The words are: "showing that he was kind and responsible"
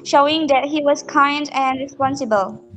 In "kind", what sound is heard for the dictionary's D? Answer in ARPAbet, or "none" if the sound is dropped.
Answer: D